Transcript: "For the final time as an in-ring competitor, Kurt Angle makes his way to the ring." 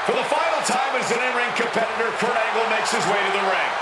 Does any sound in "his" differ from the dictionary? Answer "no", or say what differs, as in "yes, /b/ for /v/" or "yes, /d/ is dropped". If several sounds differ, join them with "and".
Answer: no